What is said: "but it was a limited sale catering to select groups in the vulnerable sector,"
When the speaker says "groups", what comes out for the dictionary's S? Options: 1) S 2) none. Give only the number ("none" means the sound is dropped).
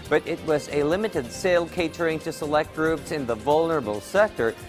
1